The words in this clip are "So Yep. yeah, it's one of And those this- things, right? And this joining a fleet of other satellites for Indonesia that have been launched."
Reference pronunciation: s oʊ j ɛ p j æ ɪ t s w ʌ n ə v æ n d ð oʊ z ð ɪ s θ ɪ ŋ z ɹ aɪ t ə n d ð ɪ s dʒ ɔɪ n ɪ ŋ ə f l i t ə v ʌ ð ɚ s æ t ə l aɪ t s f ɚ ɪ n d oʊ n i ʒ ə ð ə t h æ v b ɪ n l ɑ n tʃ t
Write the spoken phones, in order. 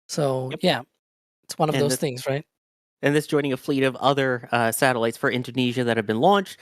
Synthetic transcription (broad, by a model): s oʊ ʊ j æ ɪ t s w ʌ n ə v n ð oʊ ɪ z θ ɪ ŋ z ɹ aɪ t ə n ð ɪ s dʒ ɔɪ n ɪ ŋ ə f l i t ə v ʌ ð ɚ s æ t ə l aɪ t s f ɚ ɪ n d oʊ n i ʒ ə ð ə t h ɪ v b ɪ n l ɑ n tʃ t